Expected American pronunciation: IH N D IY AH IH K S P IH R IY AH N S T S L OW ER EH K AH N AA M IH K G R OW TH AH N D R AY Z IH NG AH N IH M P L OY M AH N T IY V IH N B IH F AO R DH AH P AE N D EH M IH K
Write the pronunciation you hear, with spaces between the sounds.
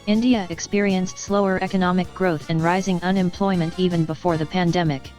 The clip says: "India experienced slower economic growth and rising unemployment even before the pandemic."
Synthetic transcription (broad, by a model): IH N D IY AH IH K S P IH R IY AH N S T S L OW ER EH K AH N AA M IH K G R OW TH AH N R AY Z IH NG AH N IH M P L OY M AH N T IY V IH N B IH F AO R DH AH P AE N D EH M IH K